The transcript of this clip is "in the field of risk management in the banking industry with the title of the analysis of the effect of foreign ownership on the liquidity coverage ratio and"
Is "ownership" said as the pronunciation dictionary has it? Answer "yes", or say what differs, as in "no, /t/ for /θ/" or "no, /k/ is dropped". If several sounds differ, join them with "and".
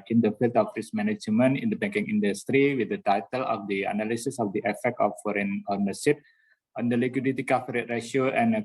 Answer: no, /s/ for /ʃ/